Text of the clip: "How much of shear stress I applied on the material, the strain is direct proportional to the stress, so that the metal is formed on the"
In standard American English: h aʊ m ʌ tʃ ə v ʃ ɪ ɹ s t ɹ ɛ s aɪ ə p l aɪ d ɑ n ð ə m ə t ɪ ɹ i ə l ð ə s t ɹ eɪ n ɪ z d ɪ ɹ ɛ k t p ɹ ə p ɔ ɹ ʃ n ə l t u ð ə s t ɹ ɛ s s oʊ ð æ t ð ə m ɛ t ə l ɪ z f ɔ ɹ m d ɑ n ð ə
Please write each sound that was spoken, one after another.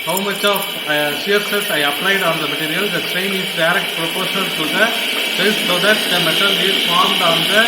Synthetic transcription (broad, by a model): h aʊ m ʌ tʃ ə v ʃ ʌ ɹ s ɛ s aɪ ə p l aɪ d ɑ n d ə m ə t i ɹ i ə l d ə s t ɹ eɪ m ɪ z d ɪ ɹ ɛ k t p ɹ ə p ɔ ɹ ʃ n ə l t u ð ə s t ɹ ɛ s s oʊ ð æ t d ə m ɛ t ə l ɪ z f ɔ ɹ m d ɑ n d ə